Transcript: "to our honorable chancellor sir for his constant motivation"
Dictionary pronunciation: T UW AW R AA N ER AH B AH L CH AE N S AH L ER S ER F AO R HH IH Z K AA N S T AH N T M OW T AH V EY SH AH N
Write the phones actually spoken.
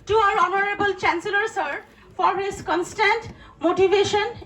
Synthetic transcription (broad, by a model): T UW AW R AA N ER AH B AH L CH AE N S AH L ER S ER F AO R HH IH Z K AA N S T AH N T M OW T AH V EY SH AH N